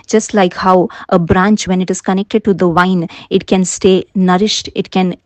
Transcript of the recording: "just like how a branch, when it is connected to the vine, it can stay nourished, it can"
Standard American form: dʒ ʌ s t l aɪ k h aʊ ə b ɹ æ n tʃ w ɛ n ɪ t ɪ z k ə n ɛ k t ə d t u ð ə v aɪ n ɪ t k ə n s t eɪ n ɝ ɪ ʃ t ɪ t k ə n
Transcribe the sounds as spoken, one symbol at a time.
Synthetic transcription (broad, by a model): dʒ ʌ s t l aɪ k h aʊ ə b ɹ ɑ n tʃ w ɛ n ɪ t ɪ z k ə n ɛ k t ə d t u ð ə v aɪ n ɪ t k ə n s t eɪ n ɝ ɪ ʃ t ɪ t k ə n